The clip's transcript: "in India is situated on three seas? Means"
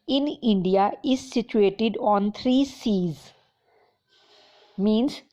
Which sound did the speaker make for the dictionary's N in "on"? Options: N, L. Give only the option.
N